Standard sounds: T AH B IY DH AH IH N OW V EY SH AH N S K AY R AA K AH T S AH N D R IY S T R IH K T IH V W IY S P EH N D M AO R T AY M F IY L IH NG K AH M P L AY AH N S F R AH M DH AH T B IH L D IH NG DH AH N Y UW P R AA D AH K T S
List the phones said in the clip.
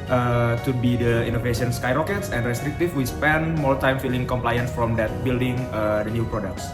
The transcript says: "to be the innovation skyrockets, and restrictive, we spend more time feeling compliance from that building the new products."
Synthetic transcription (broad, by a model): T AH B IY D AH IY N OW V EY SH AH N S K AY R AA K AH T S AH N D R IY S T R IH K T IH F W IY S P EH N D M AO R T AY M F IY L IH NG K AH M P L AY AH N S F R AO M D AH T B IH L D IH NG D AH N Y UW P R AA D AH K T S